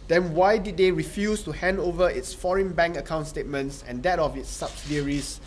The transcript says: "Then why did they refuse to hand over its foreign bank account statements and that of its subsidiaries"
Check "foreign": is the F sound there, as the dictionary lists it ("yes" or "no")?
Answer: yes